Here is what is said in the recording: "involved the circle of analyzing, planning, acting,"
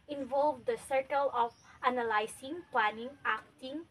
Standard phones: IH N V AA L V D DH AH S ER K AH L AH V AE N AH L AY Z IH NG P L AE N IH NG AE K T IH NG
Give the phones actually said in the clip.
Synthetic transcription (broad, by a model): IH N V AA L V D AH S ER K AH L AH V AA N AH L AY S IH NG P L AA N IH NG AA K T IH NG